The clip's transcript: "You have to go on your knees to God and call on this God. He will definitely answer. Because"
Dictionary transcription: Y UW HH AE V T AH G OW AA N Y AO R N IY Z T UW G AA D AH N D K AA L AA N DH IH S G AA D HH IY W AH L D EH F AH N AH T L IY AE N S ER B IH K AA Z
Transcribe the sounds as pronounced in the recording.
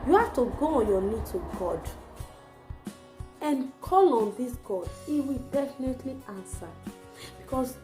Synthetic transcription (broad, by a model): Y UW HH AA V T AH G OW AA N Y AO N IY T UW G AA D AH N K AA L AA N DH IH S G AA D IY W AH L D EH F AH N AH T L IY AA N S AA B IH K AA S